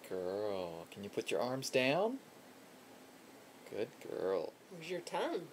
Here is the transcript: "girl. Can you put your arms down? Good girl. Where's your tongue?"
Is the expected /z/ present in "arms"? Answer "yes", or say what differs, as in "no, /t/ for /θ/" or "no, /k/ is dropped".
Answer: yes